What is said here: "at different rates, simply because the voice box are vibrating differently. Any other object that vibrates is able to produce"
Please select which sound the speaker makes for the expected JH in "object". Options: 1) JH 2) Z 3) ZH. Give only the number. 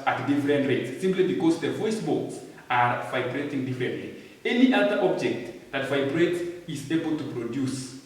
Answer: 1